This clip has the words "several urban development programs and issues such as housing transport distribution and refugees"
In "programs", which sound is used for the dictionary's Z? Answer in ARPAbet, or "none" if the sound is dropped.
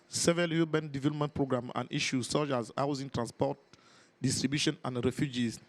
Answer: none